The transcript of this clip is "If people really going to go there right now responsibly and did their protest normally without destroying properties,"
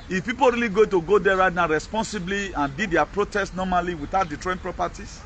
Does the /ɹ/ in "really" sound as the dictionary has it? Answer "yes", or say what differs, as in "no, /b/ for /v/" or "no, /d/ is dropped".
yes